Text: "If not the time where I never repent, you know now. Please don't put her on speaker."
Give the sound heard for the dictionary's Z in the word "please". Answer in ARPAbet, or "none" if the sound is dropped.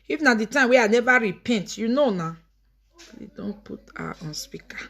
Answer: none